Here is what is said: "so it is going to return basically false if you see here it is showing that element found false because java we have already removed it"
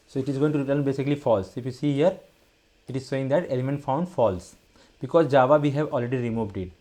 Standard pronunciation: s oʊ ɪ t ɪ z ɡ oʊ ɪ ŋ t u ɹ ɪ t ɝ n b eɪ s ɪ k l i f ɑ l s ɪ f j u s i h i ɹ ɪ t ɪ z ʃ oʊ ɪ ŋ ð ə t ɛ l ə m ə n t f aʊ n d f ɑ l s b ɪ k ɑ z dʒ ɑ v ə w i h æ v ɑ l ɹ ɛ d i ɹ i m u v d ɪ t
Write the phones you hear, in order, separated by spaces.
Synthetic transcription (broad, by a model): s oʊ ɪ t ɪ z ɡ oʊ ɪ ŋ t u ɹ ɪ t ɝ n b eɪ s ɪ k l i f ɑ l s ɪ f j u s i h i ɹ ɪ t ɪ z s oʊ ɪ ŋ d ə t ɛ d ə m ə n f aʊ n d f ɑ l s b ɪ k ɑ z dʒ ɑ v ə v i h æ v ɑ l ɹ ɛ d i ɹ i m u v d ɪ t